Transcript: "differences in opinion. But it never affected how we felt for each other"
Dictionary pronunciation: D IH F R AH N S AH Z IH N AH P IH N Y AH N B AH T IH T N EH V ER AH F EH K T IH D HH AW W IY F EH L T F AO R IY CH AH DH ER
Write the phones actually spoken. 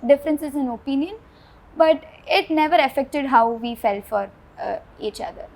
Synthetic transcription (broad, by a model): D IH F R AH N S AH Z IH N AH P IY N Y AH N B AH T IH T N EH V ER AH F EH K T IH D HH AW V IY F EH L T F AO R IY CH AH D ER